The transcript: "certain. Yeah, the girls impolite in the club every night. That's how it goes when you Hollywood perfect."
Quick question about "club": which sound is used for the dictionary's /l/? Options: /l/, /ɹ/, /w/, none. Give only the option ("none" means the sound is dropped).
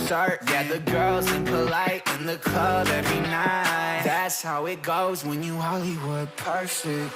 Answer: none